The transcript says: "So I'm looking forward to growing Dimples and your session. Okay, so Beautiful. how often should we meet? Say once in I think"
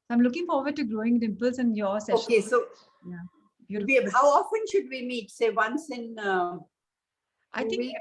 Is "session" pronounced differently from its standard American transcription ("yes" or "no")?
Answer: yes